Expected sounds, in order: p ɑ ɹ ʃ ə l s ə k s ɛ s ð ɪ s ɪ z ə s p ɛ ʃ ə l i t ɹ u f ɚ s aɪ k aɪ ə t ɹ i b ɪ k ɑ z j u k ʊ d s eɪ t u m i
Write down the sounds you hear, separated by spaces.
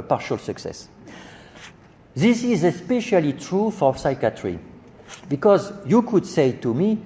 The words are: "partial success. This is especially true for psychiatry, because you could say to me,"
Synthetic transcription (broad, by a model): p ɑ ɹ ʃ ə l s ə k s ɛ s ð ɪ s ɪ z ə s p ɛ ʃ ə l i t ɹ u f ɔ s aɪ k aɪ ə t ɹ i b ɪ k ɑ z j u k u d s eɪ t u m i